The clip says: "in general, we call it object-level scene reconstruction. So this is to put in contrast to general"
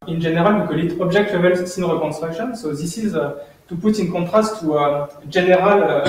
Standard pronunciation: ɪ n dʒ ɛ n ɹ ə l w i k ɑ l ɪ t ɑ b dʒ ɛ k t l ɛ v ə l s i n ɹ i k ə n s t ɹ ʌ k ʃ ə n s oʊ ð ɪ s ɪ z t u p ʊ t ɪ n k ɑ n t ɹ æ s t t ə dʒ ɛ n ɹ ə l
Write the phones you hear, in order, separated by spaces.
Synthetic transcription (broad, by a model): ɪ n ʒ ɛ n ɹ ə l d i k ɑ l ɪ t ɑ b ʒ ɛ k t w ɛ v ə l s i n ɹ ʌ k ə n s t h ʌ k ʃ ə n s oʊ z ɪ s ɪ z t u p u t ɪ n k ɑ t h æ s t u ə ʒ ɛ n ɹ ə l